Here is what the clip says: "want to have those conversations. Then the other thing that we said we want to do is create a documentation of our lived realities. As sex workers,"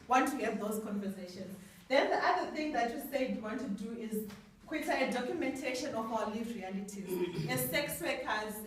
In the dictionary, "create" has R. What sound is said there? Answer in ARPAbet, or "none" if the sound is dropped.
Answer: W